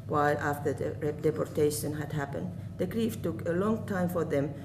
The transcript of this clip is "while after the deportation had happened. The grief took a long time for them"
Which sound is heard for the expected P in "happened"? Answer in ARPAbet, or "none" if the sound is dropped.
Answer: P